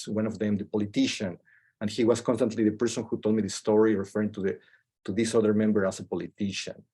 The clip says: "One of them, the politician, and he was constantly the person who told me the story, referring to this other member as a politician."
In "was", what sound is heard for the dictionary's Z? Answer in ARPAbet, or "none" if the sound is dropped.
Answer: S